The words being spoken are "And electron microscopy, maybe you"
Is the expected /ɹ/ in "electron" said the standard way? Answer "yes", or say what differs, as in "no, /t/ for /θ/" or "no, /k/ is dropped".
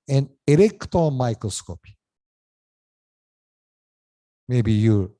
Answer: no, /ɹ/ is dropped